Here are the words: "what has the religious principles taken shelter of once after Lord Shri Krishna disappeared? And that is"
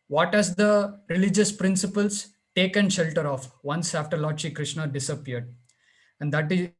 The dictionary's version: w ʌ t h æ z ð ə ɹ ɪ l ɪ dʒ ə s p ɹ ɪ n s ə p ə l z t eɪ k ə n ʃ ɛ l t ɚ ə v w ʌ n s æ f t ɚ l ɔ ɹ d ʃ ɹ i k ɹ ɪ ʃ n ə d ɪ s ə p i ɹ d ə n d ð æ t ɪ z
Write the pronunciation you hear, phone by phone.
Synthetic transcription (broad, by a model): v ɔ t h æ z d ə ɹ ɪ l ɪ dʒ ə s p ɹ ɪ n s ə p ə l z t eɪ k ə n ʃ ɛ l t ɚ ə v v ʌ n s æ f t ɚ l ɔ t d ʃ i k ɹ ɪ ʃ n ə d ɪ s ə p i ɹ d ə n d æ t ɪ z